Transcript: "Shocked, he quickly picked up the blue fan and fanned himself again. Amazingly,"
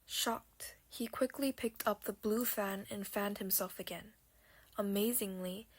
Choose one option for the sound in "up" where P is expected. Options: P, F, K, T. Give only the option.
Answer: P